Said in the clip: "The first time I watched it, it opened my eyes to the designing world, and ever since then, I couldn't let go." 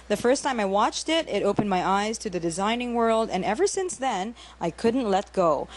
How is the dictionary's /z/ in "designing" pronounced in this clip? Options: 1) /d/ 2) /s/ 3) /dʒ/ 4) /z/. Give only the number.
4